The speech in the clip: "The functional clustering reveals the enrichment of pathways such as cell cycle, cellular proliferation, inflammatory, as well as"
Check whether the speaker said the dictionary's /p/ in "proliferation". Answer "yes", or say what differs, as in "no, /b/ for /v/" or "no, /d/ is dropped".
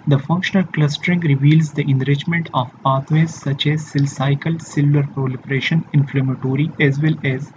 yes